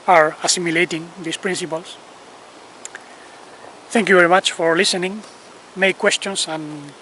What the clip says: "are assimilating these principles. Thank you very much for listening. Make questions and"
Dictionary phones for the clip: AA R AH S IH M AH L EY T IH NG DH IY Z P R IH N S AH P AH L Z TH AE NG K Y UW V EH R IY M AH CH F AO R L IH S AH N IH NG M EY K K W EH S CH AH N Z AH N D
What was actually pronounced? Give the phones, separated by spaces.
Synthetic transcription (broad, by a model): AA R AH S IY M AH L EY T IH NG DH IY S P R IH N S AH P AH L S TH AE NG K Y UW V EH R IY M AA CH F AO R L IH S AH N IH NG M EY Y K W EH S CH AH N S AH N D